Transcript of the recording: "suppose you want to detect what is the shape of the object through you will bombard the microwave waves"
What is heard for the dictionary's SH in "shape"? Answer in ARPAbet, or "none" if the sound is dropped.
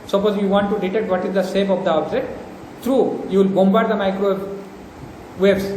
S